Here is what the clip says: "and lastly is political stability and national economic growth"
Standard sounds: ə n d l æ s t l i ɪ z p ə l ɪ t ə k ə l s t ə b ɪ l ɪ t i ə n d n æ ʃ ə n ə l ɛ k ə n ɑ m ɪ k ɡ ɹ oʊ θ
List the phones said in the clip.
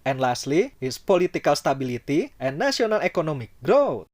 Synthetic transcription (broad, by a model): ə n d l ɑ s t l i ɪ s p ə l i t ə k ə l s t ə b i l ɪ t i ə n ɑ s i ə n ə l ɛ k ə n ɑ m ɪ k ɡ ɹ oʊ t